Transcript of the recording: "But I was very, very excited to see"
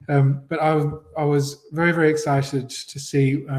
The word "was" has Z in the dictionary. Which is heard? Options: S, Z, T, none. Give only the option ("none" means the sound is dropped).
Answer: Z